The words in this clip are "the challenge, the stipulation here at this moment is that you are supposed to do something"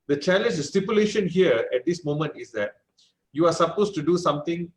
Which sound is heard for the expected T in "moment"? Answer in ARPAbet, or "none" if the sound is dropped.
T